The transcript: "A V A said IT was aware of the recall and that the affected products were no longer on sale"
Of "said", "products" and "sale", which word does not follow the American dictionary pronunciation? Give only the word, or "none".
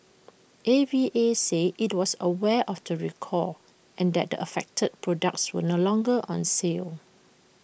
said